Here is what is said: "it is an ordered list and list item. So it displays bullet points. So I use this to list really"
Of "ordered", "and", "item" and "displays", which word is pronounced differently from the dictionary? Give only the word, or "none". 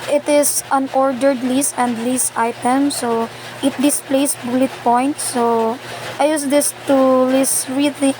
displays